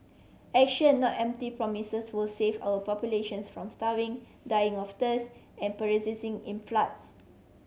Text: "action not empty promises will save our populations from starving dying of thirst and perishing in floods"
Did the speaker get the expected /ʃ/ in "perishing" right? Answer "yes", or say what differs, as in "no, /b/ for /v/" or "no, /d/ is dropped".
no, /s/ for /ʃ/